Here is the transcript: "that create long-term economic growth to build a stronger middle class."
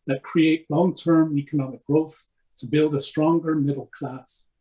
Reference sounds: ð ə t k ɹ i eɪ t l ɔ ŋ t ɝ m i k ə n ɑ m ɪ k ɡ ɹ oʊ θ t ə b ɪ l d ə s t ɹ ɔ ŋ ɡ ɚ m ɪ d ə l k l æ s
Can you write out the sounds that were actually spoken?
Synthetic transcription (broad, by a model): ð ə t k ɹ i eɪ t l ɔ ŋ t ɝ m i k ə n ɑ m ɪ k ɡ ɹ oʊ θ t ə b ɪ l d ə s t ɹ ɔ ŋ ɡ ɚ m ɪ d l k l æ s